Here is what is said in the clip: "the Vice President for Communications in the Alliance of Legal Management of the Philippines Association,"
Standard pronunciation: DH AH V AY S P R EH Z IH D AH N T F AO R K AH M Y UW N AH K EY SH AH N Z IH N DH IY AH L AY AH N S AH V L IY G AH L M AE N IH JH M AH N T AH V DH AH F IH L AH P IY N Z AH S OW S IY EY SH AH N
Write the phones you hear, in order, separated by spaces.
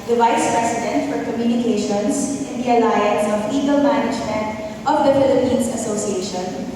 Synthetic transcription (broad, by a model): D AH V AY S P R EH S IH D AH N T F AO R K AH M Y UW N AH K EY SH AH N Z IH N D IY AH L AY AH N S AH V IY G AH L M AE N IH JH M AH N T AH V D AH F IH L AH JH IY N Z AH S OW S IY EY SH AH N